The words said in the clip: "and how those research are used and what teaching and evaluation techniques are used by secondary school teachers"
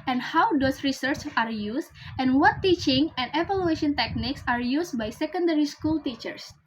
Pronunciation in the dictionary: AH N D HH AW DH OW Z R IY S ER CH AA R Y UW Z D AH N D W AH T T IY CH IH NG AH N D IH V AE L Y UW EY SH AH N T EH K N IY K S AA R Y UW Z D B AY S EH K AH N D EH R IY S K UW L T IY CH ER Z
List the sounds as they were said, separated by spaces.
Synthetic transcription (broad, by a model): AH N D HH AW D OW S R IY S ER CH AA R Y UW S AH N W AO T T IY CH IH NG AH N D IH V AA L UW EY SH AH N T EH K N IY K S AA R Y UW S B AY S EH K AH N D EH R IY S K UW L T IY CH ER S